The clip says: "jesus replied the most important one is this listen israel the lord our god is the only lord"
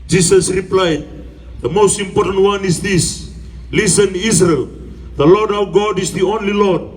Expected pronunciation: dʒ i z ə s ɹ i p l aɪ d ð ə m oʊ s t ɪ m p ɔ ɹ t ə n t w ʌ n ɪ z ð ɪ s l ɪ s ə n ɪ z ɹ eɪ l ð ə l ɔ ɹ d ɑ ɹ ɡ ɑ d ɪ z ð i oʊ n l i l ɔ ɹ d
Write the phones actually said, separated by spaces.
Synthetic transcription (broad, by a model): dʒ i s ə s ɹ i p l aɪ d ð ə m oʊ s t ɪ m p ɔ ɹ t ə n t w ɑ n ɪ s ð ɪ s l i s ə n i s ɹ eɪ l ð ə l ɔ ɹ d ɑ w ɡ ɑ d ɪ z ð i oʊ n l i l ɔ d